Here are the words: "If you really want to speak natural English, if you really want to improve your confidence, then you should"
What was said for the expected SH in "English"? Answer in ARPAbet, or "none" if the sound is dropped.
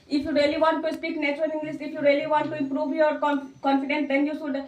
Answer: S